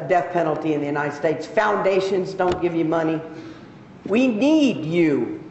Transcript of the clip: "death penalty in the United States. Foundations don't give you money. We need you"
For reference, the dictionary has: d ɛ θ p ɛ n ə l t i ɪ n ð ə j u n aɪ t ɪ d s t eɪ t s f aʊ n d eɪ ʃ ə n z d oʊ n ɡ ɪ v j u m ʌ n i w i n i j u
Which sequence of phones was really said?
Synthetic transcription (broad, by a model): d ɛ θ p ɛ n l t i ɪ n ð ə j u n aɪ t ɪ d s t eɪ t s f aʊ n d eɪ ʃ ə n z d oʊ n ɡ ɪ v j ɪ m ʌ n i w i n i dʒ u